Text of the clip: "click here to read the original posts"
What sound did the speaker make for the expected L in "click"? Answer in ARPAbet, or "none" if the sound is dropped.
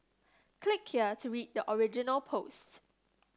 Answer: L